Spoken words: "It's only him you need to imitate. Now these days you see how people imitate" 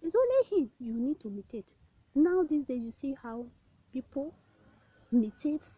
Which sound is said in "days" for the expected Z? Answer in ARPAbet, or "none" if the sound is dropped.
none